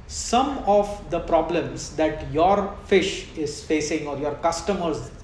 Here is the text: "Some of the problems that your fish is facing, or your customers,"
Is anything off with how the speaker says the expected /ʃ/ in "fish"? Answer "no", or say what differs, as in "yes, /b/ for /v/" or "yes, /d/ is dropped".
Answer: no